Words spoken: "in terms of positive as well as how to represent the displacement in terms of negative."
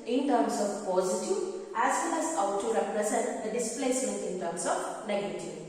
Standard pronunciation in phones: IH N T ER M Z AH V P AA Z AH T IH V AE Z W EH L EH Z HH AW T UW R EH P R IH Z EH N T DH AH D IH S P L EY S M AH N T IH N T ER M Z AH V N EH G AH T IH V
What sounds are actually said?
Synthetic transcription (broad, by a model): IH N T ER M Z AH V P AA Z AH T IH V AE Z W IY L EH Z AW T UW R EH P R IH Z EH N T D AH D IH S P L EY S AH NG IH N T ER M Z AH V N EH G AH T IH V